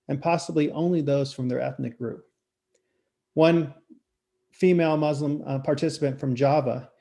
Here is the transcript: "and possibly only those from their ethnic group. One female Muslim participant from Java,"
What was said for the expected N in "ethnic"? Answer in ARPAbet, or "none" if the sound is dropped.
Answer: N